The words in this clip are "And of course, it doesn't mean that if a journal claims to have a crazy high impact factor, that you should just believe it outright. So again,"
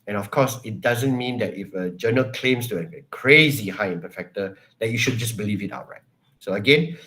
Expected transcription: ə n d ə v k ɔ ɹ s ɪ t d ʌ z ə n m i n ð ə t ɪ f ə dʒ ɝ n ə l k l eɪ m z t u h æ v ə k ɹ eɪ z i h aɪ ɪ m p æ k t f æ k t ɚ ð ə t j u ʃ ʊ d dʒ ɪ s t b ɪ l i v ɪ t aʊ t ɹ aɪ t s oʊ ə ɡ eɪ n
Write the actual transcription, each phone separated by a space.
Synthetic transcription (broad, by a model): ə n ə f k ɔ s ɪ t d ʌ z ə n m i n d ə t ɪ f ə dʒ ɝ n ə l k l eɪ m s t u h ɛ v k ɹ eɪ z i h aɪ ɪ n p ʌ f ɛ k t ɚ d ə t j u ʃ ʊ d dʒ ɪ s b ɪ l i v ɪ t aʊ t ɹ aɪ t s oʊ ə ɡ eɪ n